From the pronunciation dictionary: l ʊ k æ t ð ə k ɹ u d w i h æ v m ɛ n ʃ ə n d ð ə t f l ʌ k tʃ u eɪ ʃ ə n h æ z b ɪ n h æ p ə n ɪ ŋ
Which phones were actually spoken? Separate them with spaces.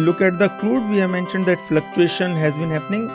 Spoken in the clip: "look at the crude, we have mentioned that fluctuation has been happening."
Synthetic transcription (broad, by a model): l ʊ k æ t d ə k l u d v i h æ v m ɛ n ʃ ə n d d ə t f l ʌ k tʃ u eɪ ʃ ə n h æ z b ɪ n h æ p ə n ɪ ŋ